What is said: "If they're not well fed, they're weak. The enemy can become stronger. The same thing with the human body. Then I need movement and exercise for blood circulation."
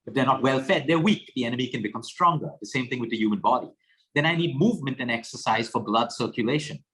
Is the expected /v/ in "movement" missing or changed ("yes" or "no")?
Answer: no